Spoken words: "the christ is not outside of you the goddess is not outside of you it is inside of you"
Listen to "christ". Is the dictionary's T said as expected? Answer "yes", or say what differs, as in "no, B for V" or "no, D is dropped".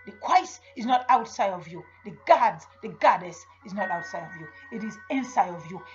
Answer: no, T is dropped